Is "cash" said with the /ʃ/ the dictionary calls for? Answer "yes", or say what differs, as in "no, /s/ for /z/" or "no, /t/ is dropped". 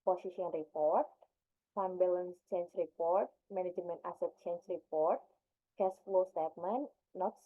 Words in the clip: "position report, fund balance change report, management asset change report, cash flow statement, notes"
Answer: no, /s/ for /ʃ/